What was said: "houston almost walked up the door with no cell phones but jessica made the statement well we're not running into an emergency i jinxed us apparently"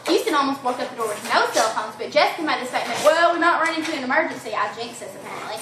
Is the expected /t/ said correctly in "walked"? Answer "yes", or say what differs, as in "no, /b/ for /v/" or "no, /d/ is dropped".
no, /t/ is dropped